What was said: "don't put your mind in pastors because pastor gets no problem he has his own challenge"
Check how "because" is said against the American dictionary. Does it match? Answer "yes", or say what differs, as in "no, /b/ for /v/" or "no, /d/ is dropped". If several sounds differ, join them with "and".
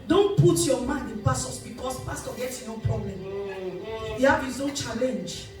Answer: no, /s/ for /z/